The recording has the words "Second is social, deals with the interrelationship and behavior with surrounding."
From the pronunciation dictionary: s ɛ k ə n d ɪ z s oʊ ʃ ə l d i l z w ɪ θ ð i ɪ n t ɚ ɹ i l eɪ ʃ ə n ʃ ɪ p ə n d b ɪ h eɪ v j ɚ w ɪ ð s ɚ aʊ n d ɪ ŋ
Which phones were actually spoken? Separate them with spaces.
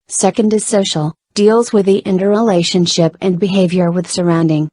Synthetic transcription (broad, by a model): s ɛ k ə n d ɪ z s oʊ ʃ l d i l z w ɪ ð i ɪ n t ɚ ɹ i l eɪ ʃ ə n ʃ ɪ p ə n b ɪ h eɪ v j ɚ w ɪ ð s ɚ aʊ n d ɪ ŋ